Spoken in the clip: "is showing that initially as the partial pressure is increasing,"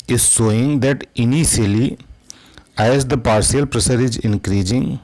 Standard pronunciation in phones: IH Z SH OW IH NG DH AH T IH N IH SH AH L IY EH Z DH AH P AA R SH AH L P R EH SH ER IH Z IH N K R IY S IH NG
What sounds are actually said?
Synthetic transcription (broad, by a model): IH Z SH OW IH NG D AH T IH N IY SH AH L IY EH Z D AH P AA R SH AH L P R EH S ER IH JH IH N K R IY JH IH NG